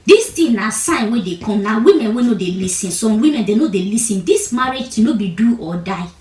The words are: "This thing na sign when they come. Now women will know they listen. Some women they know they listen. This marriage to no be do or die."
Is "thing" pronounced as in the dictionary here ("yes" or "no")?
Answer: no